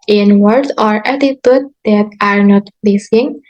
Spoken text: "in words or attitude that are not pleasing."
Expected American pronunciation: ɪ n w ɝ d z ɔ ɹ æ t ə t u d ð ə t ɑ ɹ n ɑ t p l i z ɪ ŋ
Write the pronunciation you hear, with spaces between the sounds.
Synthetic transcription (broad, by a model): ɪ n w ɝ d ɔ ɹ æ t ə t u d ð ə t ɑ ɹ n ɑ t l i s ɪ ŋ